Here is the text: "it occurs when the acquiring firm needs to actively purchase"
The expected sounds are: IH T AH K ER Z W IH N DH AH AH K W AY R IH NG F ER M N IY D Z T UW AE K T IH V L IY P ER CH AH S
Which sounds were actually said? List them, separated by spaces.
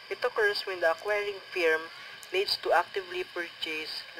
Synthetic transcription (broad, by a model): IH T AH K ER S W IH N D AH AH K W AY R IH NG F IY M L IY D S T UW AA K T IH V L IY P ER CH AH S